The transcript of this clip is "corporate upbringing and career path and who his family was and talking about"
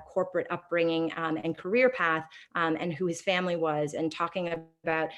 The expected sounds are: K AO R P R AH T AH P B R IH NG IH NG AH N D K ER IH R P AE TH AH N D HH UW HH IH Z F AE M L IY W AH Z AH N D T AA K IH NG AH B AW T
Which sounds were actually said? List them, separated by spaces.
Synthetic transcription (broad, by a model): K AO R P R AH T AH P B R IH NG IH NG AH N K ER IH R P AE TH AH N HH UW IH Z F AE M L IY W AH Z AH N T AA K IH NG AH B AW T